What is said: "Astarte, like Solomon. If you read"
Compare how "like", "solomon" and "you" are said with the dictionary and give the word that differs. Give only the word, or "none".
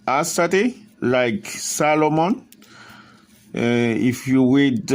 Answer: none